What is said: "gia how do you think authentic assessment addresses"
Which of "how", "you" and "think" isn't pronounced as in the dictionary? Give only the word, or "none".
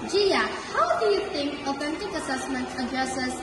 think